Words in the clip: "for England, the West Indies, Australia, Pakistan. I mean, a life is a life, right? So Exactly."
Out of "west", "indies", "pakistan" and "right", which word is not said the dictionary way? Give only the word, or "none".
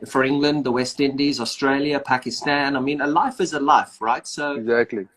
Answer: none